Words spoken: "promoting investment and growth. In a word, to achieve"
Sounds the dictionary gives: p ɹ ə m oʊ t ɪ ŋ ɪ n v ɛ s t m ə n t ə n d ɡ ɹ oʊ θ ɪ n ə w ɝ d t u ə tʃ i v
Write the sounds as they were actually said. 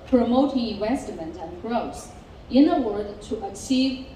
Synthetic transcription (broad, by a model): p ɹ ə m oʊ t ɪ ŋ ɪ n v ɛ s t m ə n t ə n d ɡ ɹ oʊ s ɪ n ə w ɝ d t u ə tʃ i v